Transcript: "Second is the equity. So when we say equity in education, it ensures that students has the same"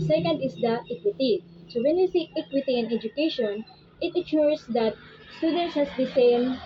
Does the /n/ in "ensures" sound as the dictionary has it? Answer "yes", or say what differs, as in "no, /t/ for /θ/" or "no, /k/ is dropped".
no, /n/ is dropped